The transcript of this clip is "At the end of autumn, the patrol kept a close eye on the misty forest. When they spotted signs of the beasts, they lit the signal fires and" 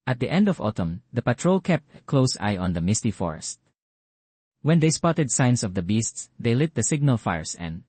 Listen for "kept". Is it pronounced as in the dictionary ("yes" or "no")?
yes